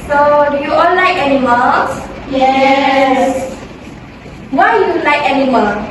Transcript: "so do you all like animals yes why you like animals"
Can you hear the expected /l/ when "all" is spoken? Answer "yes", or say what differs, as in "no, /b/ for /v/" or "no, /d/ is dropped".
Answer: no, /n/ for /l/